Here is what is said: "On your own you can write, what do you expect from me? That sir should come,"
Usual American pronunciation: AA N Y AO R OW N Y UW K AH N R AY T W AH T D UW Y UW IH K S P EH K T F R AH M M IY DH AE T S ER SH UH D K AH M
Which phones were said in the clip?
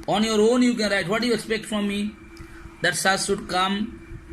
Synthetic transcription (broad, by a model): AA N Y AO R OW N Y UW K AH N R AY T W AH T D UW Y UW IH K S P EH K T F R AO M M IY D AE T S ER S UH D K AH M